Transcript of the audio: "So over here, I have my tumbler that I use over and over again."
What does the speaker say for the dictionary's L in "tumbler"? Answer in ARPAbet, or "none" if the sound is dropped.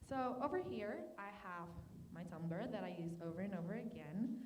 none